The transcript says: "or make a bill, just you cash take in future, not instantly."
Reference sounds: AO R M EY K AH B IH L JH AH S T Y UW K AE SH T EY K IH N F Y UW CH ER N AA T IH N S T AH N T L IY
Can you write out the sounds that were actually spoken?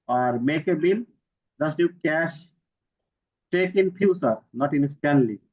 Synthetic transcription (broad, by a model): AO R M EY K AH B IH L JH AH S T Y UW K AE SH T EY K IH N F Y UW S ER N AA T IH N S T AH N L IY